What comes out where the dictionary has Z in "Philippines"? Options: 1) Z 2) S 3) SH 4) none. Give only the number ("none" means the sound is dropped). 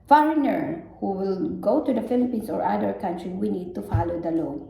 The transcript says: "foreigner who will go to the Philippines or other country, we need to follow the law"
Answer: 2